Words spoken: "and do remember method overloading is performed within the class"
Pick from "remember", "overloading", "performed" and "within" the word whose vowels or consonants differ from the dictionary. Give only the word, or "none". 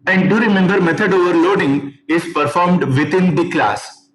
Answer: within